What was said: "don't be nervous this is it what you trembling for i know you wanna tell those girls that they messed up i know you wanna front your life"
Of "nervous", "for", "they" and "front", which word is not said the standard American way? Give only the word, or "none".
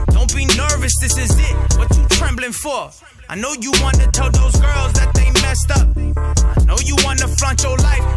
front